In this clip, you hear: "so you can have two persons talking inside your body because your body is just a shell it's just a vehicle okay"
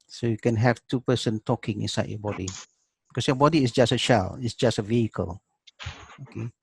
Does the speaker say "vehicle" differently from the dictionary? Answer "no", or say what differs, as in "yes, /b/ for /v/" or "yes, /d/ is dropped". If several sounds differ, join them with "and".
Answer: no